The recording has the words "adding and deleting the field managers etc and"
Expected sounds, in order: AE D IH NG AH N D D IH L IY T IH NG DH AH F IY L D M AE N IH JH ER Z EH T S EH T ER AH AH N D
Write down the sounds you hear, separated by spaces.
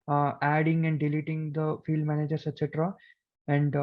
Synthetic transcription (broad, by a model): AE D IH NG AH N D D IH L IY T IH NG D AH F IY L D M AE N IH JH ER S EH T S EH T ER AH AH N D